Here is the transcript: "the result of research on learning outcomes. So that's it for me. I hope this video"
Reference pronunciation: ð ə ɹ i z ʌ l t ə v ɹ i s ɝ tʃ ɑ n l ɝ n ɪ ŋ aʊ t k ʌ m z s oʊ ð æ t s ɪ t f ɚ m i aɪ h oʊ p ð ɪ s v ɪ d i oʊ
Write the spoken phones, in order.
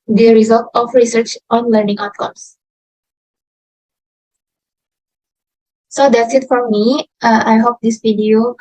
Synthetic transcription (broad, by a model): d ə ɹ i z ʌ l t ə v ɹ i s ɝ tʃ ɑ n l ɝ n ɪ ŋ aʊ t k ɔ m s s oʊ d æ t s ɪ t f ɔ m i aɪ h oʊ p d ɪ s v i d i oʊ